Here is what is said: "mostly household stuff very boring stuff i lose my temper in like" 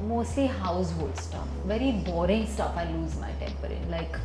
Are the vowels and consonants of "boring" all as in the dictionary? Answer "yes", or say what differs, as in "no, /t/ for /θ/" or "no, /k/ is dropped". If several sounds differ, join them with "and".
yes